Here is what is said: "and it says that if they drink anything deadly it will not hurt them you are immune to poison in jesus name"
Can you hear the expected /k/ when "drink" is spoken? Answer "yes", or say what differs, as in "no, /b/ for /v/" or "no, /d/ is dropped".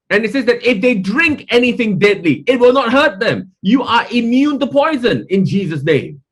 yes